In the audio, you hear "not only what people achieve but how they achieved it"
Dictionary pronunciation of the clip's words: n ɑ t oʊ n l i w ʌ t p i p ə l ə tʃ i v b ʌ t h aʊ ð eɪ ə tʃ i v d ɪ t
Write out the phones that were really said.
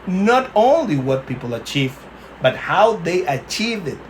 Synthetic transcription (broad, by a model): n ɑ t oʊ n l i w ʌ t p i p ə l ə tʃ i v b ʌ t h aʊ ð eɪ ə tʃ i v ɪ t